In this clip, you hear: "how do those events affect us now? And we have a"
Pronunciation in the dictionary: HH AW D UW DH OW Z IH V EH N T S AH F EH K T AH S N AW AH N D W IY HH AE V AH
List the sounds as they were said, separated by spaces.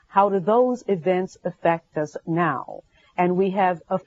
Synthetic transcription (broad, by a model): HH AW D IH DH OW Z IH V EH N T S AH F EH K T AH S N AW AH N W IY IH V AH